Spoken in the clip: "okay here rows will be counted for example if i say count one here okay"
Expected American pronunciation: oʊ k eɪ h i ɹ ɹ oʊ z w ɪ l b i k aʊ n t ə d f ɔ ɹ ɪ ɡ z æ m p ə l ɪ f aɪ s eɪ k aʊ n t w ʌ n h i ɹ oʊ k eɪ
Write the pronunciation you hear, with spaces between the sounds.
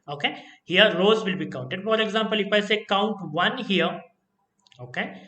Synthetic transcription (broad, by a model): oʊ k eɪ h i ɹ ɹ oʊ z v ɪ l b i k aʊ n t ə d f ɔ ɹ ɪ ɡ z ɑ m p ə l ɪ f aɪ s eɪ k aʊ n t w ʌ n h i ɹ oʊ k eɪ